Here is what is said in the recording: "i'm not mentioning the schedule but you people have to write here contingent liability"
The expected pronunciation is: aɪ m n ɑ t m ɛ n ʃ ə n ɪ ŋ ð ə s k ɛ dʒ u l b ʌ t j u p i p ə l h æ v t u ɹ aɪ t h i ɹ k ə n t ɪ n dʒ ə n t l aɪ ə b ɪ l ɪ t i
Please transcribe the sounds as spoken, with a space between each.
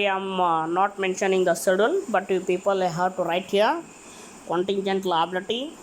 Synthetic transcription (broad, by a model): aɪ m n ɑ t m ɛ n ʃ ə n ɪ ŋ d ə s ɪ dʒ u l b ʌ t j u p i p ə l h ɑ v t u ɹ aɪ t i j k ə n t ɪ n dʒ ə n t l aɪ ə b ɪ l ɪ t i